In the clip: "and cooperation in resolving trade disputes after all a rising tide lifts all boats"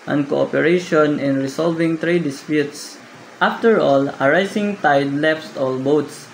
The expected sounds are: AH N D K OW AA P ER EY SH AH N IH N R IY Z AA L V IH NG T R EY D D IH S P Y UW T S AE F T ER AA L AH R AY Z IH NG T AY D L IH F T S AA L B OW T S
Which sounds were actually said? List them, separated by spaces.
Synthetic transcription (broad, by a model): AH N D K OW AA P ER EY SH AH N IH N R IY S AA L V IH NG T R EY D D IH S P Y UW T S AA F T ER AA L AH R AY S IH NG T AY D L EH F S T AA L B OW T S